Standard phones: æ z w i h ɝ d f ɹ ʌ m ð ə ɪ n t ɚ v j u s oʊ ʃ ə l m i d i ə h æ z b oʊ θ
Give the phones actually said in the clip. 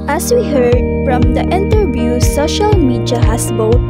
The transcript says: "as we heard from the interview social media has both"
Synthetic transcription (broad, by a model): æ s w i h ɝ d f ɹ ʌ m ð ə ɪ n t ɚ v j u s oʊ ʃ ə l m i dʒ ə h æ s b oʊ